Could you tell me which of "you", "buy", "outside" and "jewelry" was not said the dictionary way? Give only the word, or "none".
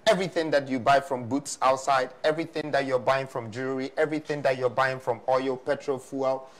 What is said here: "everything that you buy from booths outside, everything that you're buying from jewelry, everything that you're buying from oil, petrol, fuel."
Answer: jewelry